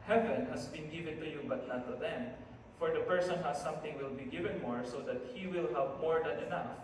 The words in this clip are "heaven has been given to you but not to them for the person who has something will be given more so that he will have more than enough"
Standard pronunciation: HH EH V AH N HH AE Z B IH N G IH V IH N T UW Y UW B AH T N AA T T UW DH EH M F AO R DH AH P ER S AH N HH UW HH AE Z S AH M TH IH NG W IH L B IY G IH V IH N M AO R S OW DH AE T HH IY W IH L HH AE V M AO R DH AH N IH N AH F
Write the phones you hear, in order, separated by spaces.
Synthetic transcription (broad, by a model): HH EH V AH N HH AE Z B IH N G IH V IH N T UW Y UW B AH T N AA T T UW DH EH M F AO R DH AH P ER S AH N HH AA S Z S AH M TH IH NG W IH L B IY G IH V IH N M AO R S OW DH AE T HH IY W IH L HH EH P M AO R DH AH N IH N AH F